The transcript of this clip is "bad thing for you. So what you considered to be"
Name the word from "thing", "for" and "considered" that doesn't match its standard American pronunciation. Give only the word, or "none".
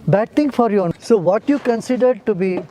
thing